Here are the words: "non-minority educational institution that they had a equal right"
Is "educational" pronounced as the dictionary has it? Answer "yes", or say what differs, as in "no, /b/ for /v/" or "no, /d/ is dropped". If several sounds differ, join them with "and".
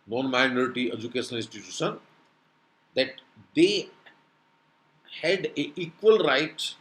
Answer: no, /n/ is dropped